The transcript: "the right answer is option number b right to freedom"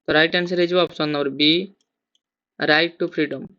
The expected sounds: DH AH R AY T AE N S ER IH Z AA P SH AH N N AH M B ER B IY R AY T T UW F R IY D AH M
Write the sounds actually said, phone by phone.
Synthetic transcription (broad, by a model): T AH R AY T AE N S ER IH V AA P S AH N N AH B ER B IY R AY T T UW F R IY D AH M